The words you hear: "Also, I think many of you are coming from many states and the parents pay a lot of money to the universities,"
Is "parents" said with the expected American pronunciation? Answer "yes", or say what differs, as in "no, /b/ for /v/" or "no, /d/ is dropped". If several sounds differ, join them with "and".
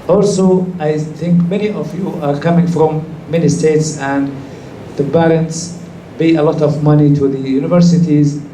no, /b/ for /p/